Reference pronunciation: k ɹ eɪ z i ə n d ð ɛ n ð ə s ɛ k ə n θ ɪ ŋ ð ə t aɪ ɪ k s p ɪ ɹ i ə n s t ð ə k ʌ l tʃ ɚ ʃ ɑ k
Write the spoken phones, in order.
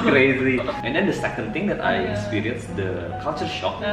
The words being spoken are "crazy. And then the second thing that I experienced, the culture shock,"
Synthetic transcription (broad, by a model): k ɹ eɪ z i ə n d ɛ n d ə s ɛ k ə n t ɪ ŋ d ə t aɪ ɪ k s p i ɹ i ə n s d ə k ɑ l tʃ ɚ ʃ ɑ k